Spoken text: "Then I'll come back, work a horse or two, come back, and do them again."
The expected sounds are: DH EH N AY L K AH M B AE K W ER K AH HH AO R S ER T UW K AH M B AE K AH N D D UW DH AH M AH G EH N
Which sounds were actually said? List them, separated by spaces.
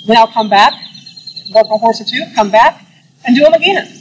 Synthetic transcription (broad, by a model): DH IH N AY L K AH M B AE K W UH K AH HH AO R S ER T UW K AH M B AE K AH N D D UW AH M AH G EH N